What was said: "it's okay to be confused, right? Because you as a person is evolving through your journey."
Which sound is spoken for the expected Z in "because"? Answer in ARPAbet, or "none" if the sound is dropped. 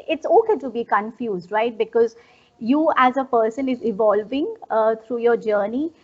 Z